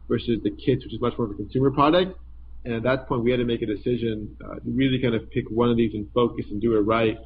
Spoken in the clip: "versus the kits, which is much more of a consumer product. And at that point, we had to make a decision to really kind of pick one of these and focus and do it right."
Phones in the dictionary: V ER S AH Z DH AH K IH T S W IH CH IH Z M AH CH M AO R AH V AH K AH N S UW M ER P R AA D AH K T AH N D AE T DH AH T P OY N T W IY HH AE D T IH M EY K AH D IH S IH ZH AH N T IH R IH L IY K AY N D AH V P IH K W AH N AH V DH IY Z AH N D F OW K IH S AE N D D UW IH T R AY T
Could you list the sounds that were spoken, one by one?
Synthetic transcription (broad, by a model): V ER S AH Z DH AH K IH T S W IH CH IH Z M AH CH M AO R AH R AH K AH N S UW M ER P R AA D AH K T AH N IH T DH AH T P OY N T W IY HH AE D T IH M EY K AH D IH S IH ZH AH N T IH R IH L IY K AY N D AH V P IH K W AH N AH V DH IY Z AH N F OW K IH S N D D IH IH T R AY T